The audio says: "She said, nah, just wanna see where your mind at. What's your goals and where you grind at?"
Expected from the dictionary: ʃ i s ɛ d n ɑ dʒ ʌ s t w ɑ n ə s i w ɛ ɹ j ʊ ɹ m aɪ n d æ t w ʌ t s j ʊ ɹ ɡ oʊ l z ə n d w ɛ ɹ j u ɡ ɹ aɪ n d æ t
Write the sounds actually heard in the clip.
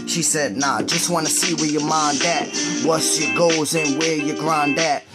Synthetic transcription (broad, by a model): ʃ i s ɛ d n ɑ dʒ ʌ s t w ɑ n ə s i w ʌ ɹ j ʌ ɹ m aɪ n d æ t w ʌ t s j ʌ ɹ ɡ oʊ z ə n w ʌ ɹ j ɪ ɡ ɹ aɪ n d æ t